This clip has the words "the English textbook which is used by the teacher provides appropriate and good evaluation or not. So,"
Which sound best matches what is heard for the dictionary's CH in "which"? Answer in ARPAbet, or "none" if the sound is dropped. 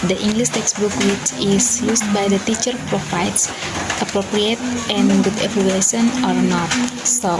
S